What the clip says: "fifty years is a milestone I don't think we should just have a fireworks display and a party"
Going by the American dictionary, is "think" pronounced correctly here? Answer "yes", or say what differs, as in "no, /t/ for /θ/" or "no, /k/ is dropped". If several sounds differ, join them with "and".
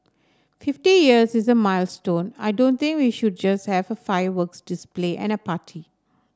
no, /t/ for /θ/